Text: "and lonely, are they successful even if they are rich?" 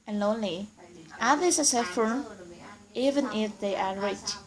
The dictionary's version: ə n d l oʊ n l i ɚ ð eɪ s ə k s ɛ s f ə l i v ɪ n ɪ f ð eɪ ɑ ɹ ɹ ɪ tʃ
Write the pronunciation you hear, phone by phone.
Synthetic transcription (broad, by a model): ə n l oʊ n l i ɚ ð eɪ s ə s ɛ f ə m i v ɪ n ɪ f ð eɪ ɑ ɹ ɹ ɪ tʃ